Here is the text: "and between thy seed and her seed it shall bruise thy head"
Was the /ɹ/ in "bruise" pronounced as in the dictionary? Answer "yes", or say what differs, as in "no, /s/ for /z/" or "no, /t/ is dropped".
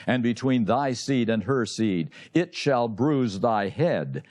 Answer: yes